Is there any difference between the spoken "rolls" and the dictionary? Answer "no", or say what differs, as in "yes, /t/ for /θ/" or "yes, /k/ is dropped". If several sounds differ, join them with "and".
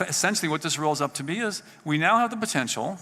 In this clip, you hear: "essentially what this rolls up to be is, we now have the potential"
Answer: no